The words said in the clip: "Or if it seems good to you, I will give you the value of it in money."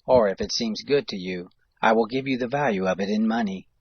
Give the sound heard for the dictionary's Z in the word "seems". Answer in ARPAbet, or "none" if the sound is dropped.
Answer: Z